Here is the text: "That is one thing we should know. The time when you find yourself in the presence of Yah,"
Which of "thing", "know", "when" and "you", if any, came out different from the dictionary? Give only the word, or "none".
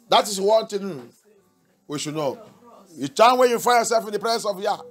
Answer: thing